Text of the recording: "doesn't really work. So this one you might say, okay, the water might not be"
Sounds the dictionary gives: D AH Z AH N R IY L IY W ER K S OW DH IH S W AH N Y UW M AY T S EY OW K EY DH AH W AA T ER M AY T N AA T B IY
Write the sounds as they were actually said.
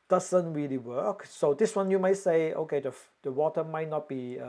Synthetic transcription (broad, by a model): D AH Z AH N R IY L IY W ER K S OW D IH S W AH N Y UW M AY T S EY OW K EY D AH W AA T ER M AY T N AA T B IY